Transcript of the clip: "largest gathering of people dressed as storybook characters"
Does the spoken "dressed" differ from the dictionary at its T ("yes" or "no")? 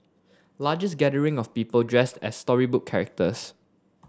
no